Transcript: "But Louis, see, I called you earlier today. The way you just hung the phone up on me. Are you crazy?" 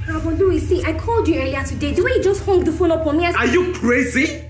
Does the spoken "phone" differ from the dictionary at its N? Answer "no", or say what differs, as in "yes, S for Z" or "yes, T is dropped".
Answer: yes, L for N